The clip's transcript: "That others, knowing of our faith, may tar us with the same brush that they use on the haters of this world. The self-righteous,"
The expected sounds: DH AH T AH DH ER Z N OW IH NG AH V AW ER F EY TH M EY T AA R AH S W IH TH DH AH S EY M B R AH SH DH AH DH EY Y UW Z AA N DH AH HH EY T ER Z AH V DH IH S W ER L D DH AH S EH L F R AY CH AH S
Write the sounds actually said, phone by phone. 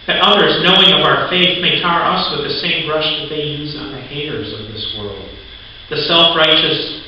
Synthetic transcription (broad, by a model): DH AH T AH DH ER Z N OW IH NG AH V AW ER F EY TH M EY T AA R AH S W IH DH AH S EY M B R AH SH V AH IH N Z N DH AH HH EY T ER Z AH V DH IH S W ER L D DH AH S EH L F R AY CH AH S